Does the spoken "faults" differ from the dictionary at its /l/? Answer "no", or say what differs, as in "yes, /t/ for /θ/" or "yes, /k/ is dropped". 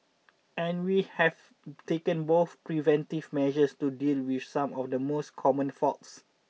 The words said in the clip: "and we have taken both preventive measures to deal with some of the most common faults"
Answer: yes, /l/ is dropped